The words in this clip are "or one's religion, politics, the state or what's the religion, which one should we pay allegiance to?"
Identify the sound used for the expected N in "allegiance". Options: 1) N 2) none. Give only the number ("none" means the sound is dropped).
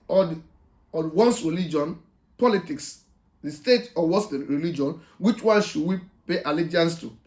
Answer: 1